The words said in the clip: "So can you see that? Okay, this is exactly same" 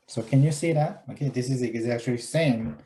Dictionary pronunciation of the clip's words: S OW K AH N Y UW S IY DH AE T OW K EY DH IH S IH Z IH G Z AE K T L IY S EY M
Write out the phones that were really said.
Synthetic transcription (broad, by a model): S OW K AH N Y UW S IY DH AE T OW K EY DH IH S IH Z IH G Z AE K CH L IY S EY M